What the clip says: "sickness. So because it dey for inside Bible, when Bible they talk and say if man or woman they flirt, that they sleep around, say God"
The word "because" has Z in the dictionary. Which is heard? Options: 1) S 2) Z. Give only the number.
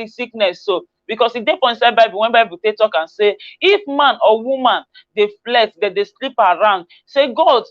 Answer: 1